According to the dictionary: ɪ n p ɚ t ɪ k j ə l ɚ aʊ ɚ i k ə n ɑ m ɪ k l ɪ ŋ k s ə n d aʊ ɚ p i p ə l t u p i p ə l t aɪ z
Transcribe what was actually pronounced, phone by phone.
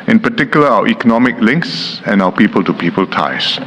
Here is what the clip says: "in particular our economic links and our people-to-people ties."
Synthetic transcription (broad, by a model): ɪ n p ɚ t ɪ k j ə l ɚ aʊ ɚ i k ə n ɑ m ɪ k l ɪ ŋ k s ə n aʊ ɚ p i p ə l t u p i p ə l t aɪ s